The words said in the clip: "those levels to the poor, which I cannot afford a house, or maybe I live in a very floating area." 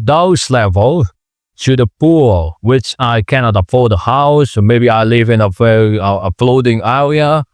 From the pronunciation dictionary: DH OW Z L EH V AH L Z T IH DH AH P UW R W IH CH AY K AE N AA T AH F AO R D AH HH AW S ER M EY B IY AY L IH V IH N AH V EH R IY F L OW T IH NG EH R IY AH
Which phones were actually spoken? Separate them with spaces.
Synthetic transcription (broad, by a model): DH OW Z L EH V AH L T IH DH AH P UW R W IH CH AY K AE N AA T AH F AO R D AH HH AW S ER M EY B IY AY L IH V IH N AH F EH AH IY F L OW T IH NG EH R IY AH